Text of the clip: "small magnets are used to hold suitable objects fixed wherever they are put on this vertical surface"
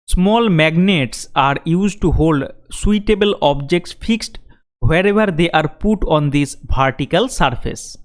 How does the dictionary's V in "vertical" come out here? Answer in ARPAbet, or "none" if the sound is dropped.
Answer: P